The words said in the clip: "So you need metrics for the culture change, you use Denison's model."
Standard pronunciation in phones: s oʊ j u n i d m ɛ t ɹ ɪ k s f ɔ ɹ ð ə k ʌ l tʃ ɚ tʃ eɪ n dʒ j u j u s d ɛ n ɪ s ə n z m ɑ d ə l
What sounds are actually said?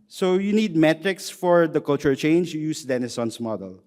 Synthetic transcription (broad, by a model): s oʊ j u n i d m ɛ t ɹ ɪ k s f ɔ ɹ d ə k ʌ l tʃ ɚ tʃ eɪ n dʒ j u j u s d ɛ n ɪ s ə n s m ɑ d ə l